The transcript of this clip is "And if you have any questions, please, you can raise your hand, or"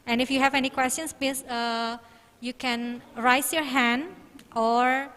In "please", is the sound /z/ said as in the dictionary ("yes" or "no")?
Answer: no